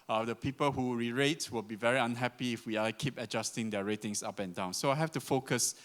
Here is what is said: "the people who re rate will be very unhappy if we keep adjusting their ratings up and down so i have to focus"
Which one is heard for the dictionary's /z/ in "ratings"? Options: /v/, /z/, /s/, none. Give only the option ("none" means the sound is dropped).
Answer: /s/